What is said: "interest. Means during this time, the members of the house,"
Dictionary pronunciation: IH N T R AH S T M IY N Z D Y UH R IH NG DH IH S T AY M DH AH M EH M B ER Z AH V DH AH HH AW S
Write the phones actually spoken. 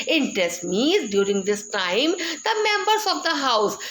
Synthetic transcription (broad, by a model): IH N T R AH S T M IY Z D Y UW R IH NG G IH S T AY M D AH M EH M B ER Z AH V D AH HH AW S